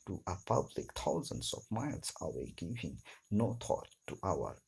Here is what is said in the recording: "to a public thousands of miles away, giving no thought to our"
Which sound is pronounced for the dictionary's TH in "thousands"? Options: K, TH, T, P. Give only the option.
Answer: T